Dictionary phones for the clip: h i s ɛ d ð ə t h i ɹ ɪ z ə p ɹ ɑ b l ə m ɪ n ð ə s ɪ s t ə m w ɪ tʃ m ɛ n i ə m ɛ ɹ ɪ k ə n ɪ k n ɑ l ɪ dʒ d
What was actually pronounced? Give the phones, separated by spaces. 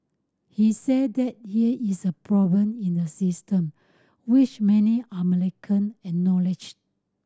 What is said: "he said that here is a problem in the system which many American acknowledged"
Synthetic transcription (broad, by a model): h i s ɛ d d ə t h i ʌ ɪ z ə p ɹ ɑ b l ə m ɪ n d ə s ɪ s t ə m w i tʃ m ɛ n i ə m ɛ l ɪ k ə n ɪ n ɑ l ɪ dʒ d